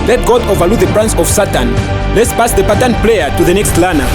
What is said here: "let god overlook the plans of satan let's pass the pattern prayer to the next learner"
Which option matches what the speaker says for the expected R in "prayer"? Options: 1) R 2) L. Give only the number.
2